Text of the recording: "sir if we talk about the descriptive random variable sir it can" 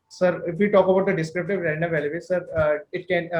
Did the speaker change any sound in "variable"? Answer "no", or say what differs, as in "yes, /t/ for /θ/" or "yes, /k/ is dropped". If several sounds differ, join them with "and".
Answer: yes, /l/ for /ɹ/